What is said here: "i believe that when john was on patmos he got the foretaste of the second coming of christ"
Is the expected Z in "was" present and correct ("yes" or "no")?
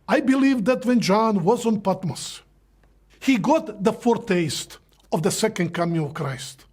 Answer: yes